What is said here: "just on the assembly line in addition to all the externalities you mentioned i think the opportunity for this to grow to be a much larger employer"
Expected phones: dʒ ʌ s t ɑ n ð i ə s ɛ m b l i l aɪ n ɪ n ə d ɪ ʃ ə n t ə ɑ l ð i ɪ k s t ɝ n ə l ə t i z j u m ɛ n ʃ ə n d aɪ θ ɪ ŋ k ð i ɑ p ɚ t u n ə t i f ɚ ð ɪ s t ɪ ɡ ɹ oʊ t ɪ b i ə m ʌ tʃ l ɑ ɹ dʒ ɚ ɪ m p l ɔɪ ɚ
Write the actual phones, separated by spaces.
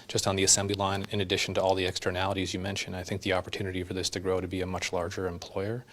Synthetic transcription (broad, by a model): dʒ ʌ s t n ð i ə s ɛ m b l i l aɪ n ɪ n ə d ɪ ʃ n t ə ɑ l ð i ɪ k s t ɝ n ə l ə t i z j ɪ m ɛ n ʃ ə n d aɪ θ ɪ ŋ k ð i ɑ p ɚ t u n ə t i f ɚ ð ɪ s t ɪ ɡ ɹ oʊ t ɪ b i ə m ʌ tʃ l ɑ ɹ dʒ ɚ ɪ m p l ɔɪ ɚ